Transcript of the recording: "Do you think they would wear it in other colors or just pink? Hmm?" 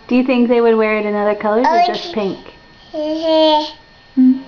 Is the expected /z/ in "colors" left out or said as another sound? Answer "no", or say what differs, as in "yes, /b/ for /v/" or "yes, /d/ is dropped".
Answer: yes, /z/ is dropped